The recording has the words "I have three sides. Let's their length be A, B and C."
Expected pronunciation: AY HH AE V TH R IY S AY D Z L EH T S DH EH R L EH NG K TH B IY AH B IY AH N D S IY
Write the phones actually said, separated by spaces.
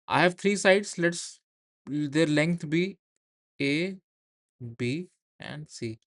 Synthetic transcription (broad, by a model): AY HH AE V T R IY S AY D S L EH T S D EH R L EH NG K T B IY AH B IY AH N D S IY